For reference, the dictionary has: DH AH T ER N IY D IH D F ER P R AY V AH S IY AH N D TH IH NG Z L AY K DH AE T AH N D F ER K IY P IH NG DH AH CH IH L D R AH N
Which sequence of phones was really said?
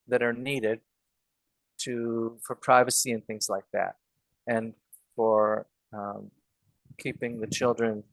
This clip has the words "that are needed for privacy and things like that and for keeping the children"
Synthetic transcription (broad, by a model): DH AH T ER N IY D IH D F ER P R AY V AH S IY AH N TH IH NG Z L AY K DH AE T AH N F ER K IY P IH NG DH AH CH IH L D R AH N